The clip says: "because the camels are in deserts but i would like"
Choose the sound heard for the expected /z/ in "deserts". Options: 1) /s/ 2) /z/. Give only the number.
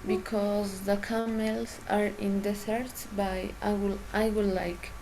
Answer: 1